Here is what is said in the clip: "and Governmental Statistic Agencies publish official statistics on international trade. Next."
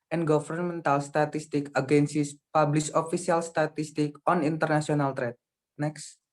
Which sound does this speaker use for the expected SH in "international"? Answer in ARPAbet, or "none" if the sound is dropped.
S